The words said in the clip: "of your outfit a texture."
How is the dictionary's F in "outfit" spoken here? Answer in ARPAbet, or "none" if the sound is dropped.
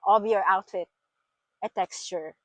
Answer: F